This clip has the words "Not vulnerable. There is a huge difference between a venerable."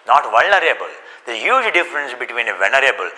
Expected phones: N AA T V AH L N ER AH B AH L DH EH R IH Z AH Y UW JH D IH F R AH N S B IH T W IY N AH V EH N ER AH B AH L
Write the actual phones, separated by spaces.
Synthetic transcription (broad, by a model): N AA T V AH L N ER AH B AH L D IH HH Y UW JH D IH F R AH N S B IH T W IY N AH V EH N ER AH B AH L